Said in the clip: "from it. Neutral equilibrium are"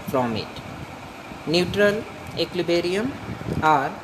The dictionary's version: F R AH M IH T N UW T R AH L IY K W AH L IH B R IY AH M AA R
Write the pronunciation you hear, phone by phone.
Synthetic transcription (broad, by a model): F R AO M IH T N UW T R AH L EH K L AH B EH R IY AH M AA R